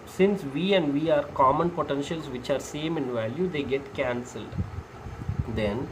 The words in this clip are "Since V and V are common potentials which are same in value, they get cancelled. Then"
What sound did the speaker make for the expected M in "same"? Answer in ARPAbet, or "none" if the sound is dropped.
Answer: M